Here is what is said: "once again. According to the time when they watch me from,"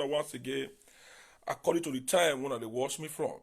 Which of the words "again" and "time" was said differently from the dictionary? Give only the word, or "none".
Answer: again